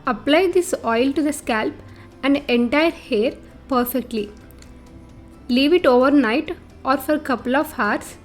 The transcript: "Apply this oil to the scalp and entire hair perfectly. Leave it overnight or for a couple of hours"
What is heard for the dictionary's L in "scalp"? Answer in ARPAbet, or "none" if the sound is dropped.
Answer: L